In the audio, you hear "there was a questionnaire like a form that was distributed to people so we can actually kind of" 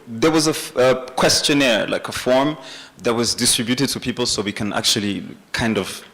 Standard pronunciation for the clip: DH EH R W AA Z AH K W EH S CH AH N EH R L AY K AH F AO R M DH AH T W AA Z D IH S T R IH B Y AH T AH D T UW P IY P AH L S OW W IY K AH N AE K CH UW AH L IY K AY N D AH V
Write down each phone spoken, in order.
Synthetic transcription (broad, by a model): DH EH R W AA Z AH K W EH S CH AH N EH R L AY K AH F AO R M DH AH T W AA Z D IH S T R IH B Y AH T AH D T UW P IY P AH L S OW W IY K AH N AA K CH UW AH L IY K AY N D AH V